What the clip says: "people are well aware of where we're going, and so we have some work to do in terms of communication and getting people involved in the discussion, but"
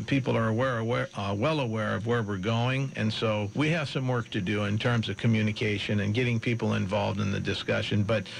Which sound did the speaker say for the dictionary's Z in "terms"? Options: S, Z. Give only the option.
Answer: Z